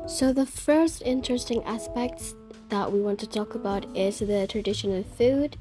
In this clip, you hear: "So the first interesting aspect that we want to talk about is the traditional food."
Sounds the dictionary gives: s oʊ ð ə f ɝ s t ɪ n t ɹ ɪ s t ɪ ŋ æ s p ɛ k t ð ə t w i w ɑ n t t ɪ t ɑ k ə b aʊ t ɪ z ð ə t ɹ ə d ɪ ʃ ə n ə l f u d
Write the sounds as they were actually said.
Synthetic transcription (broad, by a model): s oʊ ð ə f ɝ s t ɪ n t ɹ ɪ s t ɪ ŋ æ s p ɛ k t ð ə t w i w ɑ n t t ɪ t ɑ k ə b aʊ t ɪ z ð ə t ɹ ə d ɪ ʃ ə n ə l f u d